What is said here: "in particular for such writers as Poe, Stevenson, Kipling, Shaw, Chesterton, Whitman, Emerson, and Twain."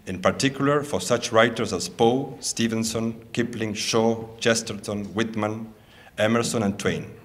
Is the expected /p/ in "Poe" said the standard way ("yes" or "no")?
yes